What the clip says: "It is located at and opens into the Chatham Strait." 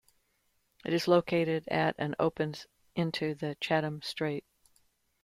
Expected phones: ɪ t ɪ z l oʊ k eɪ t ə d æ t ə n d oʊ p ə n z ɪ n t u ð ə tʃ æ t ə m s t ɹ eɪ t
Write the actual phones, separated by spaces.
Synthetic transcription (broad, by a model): ɪ t ɪ z l oʊ k eɪ t ə d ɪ t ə n oʊ p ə n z ɪ n t u ð ə tʃ æ t ə m s t ɹ eɪ t